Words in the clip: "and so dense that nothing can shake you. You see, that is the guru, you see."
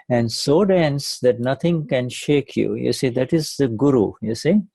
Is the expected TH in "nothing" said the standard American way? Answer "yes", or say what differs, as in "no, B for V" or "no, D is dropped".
no, T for TH